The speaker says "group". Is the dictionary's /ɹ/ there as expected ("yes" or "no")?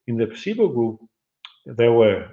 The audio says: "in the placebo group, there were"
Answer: no